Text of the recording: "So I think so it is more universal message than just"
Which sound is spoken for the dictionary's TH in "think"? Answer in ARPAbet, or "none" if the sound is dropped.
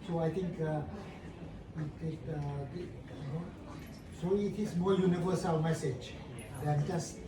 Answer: T